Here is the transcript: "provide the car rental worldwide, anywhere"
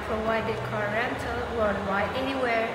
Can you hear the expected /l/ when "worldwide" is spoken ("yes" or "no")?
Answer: no